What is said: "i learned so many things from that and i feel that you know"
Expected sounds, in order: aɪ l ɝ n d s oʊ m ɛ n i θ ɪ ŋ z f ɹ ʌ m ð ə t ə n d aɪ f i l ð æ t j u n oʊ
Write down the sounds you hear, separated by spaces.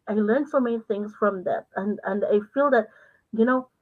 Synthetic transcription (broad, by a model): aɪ l ɝ n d s oʊ m ɛ n i θ ɪ ŋ z f ɹ ʌ m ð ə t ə n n aɪ f i l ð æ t j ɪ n oʊ